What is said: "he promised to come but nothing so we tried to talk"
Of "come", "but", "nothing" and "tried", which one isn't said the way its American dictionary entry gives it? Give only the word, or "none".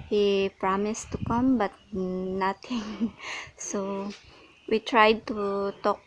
nothing